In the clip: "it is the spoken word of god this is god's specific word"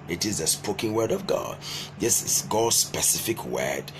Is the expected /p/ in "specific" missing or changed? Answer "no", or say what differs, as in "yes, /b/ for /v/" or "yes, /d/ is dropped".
no